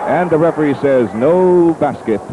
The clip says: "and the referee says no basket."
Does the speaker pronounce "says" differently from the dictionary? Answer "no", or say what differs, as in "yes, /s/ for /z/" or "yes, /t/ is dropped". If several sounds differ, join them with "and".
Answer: no